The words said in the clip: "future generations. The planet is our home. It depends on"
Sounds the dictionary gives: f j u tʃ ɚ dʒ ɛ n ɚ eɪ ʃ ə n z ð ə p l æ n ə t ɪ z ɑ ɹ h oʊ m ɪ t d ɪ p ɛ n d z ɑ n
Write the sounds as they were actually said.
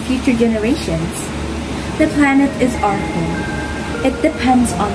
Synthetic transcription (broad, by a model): f j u tʃ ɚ dʒ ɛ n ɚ eɪ ʃ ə n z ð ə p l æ n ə t ɪ z ɑ ɹ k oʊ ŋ ɪ t d ɪ p ɛ n d z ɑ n